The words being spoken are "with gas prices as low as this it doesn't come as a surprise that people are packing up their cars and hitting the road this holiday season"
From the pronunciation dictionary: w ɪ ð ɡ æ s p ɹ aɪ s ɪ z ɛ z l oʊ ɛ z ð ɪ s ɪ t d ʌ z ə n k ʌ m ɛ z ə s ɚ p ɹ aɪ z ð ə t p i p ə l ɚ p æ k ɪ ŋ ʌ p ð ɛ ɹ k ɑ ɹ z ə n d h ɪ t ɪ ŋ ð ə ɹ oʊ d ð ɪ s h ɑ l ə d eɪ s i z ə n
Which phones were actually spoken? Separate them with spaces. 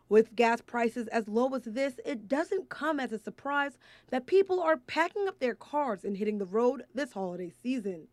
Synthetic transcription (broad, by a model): w ɪ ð ɡ æ s p ɹ aɪ s ɪ z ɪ z l oʊ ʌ z ð ɪ s ɪ t d ʌ z ə n k ʌ m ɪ z ə s ɚ p ɹ aɪ z ð ə t p i p l ɚ p æ k ɪ ŋ ʌ p ð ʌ ɹ k ɑ ɹ z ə n h ɪ t ɪ ŋ ð ə ɹ oʊ d ð ɪ s h ɑ l ə d eɪ s i z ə n